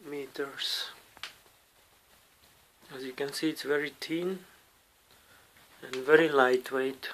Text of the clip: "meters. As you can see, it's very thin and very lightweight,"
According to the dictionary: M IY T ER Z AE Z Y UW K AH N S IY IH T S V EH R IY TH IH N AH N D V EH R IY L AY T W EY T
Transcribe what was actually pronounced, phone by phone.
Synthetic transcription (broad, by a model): M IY T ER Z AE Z Y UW K AH N S IY IH T S V EH R IY T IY N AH N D V EH R IY L AY T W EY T